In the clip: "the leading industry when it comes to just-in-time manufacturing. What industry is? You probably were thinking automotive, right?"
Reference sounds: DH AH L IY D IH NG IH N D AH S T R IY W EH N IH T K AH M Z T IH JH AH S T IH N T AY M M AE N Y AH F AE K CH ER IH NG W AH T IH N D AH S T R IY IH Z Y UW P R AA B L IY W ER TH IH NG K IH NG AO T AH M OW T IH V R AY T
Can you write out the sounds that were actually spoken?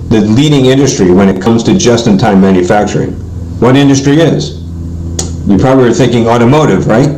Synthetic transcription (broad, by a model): DH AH L IY D IH NG IH N D AH S T R IY W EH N IH T K AH M Z T IH JH AH S T IH N T AY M M AE N Y AH F AE K CH ER IH NG W AH T IH N D AH S T R IY IH Z Y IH P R AA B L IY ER TH IH NG K IH NG AO T AH M OW T IH V R AY T